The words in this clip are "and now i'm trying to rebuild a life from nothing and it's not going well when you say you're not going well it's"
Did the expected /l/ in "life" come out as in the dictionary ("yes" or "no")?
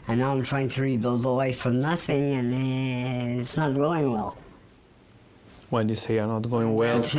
no